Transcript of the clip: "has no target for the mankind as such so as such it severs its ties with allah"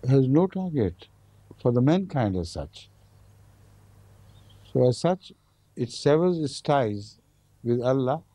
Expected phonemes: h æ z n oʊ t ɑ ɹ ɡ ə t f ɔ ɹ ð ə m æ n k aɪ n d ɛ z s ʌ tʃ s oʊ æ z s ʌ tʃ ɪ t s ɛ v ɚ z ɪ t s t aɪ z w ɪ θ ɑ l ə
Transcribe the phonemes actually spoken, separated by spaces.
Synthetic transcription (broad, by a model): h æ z n oʊ t ɑ ɹ ɡ ə t f ɔ ɹ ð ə m æ n k aɪ n d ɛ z s ʌ tʃ s oʊ æ z s ʌ tʃ ɪ t s ɛ v ɚ z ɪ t s t aɪ z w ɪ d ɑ l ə